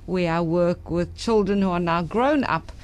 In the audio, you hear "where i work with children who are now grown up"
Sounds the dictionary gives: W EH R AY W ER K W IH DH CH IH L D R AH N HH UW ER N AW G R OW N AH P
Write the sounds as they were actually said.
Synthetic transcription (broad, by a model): W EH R AY W ER K W IH DH CH IH L D R AH N HH UW ER N AW G R OW N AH P